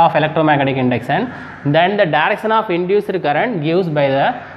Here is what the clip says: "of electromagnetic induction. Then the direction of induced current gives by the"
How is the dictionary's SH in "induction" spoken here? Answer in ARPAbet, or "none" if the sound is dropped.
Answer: S